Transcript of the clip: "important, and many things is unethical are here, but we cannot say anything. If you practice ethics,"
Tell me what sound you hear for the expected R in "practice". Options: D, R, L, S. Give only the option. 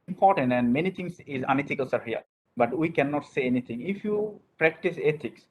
R